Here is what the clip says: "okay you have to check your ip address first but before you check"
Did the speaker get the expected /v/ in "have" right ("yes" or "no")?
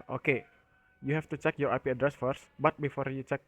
no